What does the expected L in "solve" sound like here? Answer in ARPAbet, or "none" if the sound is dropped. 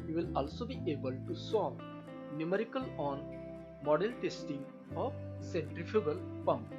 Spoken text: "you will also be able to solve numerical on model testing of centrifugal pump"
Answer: none